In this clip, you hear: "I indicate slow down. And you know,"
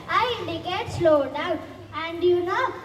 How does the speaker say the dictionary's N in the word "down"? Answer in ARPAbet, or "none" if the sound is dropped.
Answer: none